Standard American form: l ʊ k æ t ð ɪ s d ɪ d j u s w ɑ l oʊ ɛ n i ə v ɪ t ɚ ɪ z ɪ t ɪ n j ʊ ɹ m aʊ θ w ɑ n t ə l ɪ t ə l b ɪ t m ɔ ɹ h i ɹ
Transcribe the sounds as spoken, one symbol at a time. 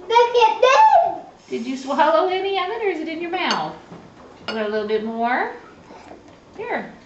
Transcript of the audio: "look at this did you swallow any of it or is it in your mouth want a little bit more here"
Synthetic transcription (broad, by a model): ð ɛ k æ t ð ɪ d ɪ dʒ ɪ s w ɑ l oʊ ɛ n i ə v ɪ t ɚ ɪ z ɪ t ɪ n j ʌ ɹ m aʊ θ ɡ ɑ t ə l ɪ t l b ɪ t m ɔ ɹ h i ɹ